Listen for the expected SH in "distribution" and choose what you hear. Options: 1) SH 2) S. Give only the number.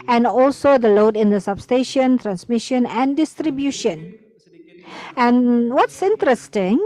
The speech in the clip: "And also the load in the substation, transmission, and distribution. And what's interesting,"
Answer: 1